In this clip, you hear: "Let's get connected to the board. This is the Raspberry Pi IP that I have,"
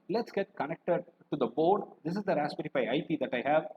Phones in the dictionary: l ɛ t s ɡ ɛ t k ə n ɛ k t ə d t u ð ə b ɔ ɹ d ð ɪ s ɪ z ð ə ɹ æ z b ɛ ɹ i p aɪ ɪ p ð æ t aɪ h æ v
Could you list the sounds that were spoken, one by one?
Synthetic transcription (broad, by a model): l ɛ t s ɡ ɛ t k ə n ɛ k t ə d t u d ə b ɔ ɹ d ɪ s ɪ z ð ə ɹ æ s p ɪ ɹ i f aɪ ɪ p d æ t aɪ h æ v